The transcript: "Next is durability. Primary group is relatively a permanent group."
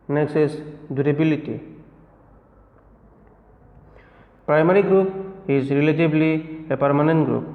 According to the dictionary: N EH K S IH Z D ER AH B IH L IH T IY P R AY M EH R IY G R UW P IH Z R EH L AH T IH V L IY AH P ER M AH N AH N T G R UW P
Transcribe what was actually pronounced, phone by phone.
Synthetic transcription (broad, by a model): N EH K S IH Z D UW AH B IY L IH T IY P R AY M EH R IY G R UW P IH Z R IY L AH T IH B L IY AH P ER M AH N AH N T G R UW P